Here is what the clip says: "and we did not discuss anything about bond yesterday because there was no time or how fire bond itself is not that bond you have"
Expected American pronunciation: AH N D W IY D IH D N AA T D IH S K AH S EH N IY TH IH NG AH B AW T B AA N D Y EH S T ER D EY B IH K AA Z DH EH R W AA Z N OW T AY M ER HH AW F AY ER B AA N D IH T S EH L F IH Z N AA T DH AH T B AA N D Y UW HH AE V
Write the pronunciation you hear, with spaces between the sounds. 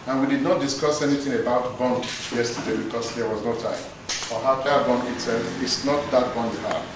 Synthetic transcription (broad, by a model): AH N W IY D IH D N AA T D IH S K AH S EH N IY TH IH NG AH B AW T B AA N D Y EH S T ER D EY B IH K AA S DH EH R W AA Z N OW T AY M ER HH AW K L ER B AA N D IH T S EH L F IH S N AA T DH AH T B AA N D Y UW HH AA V